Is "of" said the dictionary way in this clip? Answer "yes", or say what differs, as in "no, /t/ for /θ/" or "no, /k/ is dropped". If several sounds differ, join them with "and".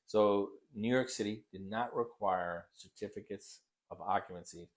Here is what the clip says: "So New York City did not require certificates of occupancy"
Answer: yes